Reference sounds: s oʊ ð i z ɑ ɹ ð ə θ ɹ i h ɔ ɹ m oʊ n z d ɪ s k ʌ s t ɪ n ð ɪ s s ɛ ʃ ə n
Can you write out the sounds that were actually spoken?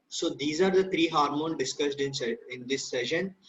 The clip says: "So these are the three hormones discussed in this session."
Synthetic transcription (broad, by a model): s oʊ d i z ɑ ɹ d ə t ɹ i h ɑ ɹ m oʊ n d ɪ s k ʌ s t ɪ n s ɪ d s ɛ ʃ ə n